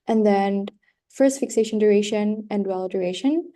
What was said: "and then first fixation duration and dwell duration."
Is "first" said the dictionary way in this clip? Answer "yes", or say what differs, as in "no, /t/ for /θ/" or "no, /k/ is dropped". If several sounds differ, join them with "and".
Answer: yes